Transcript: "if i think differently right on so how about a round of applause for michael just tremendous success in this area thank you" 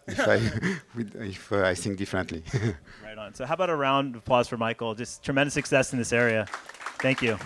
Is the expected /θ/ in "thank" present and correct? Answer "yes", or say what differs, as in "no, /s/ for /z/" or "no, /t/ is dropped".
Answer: yes